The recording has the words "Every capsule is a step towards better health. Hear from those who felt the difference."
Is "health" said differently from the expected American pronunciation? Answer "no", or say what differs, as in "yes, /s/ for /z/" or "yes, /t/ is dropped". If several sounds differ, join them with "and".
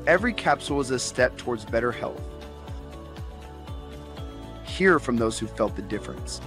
no